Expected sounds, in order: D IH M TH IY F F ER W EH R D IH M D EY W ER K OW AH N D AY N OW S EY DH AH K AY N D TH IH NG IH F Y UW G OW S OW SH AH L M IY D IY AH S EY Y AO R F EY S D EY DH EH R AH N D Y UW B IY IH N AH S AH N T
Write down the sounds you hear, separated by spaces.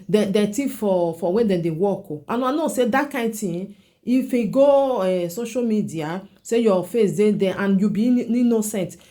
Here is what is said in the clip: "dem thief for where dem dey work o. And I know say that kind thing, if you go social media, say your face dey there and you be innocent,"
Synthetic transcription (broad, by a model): D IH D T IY F F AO W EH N D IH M D EY W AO K OW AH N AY N OW S EY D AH K AY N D T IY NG IH F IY G OW S OW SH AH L M IY D IY AH S EY Y AO F EY S D EY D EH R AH N Y UW B IY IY N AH S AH N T